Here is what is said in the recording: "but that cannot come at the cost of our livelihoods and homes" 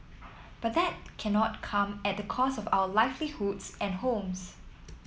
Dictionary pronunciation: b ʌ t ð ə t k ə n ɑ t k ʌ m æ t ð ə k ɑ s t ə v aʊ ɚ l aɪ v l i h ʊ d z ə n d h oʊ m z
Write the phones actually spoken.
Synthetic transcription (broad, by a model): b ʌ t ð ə t k ə n ɑ t k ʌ m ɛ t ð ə k ɑ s ə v aʊ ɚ l aɪ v l i h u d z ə n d h oʊ m s